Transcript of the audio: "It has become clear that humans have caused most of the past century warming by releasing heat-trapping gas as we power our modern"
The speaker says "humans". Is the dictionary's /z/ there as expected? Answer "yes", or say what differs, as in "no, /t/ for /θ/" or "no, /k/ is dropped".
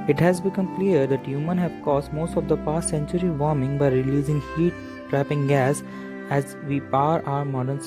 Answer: no, /z/ is dropped